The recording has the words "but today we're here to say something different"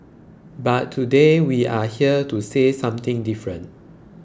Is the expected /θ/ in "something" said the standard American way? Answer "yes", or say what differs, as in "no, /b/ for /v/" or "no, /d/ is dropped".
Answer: no, /t/ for /θ/